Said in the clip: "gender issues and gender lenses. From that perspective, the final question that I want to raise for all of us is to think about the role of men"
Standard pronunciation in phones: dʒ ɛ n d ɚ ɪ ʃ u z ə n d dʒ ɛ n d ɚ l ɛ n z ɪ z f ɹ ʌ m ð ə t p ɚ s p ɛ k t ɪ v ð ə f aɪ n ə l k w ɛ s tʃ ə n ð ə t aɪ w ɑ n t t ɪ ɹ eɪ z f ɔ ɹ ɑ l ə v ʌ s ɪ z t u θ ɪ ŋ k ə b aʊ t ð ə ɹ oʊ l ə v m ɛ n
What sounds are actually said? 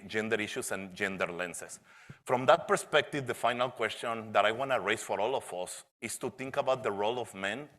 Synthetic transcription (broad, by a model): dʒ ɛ n d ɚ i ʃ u s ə n dʒ ɛ n d ɚ l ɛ n s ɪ s f ɹ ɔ m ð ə t p ɚ s p ɛ k t ɪ v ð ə f aɪ n ə l k w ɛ s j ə n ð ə t aɪ w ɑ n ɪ ɹ eɪ s f ɔ ɹ ɑ l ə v ʌ s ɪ s t u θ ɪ ŋ k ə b aʊ t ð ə ɹ oʊ l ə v m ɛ n